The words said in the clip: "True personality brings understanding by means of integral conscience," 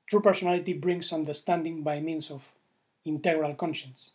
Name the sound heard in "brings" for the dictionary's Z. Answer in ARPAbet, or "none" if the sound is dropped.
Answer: S